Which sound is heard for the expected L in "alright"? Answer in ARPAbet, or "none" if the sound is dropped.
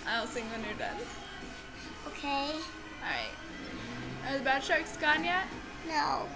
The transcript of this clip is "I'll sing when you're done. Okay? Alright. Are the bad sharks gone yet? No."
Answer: none